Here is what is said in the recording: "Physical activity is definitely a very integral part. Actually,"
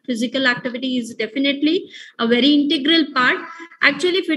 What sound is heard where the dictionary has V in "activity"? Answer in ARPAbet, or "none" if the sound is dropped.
V